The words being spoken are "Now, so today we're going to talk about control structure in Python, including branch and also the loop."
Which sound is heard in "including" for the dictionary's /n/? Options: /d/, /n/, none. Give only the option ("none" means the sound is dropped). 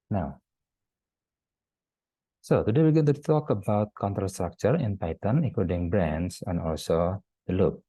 none